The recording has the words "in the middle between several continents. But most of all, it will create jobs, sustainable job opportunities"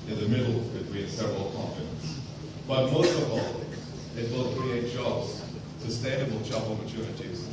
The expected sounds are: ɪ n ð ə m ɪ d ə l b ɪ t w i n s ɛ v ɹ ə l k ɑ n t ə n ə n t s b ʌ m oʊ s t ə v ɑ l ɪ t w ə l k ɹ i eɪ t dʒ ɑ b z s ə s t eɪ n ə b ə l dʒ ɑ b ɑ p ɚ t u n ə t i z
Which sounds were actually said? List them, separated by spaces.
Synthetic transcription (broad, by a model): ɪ n ð ə m ɪ d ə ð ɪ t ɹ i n s ɛ v ɹ ə l k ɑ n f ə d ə n s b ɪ m oʊ s t ə v ɑ l ɪ t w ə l k ɹ i eɪ t dʒ ɑ b z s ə s t eɪ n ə b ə l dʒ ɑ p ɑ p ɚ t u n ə t i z